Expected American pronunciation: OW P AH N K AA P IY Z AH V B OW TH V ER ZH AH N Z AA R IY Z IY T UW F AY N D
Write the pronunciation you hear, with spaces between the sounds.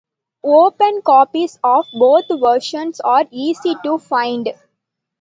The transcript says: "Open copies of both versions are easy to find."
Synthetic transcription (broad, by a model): OW P AH N K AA P IY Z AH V B OW T V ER SH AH N S AA R IY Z IY T UW F AY N D